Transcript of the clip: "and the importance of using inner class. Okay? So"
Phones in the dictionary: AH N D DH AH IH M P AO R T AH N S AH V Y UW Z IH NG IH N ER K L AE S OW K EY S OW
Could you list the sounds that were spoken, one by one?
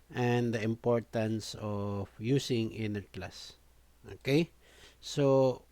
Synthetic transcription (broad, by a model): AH N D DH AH IH M P AO R T AH N S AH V Y UW S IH NG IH N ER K L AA S OW K EY S OW